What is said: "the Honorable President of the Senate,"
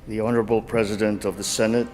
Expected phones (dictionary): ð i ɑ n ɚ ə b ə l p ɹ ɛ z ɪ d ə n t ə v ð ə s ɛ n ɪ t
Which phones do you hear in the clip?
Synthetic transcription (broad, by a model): ð i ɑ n ɚ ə b l p ɹ ɛ z ɪ d ə n t ə v ð ə s ɛ n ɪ t